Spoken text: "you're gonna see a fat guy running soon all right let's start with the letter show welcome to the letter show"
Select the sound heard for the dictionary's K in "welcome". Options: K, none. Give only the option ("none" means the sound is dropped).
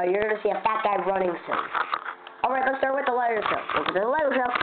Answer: none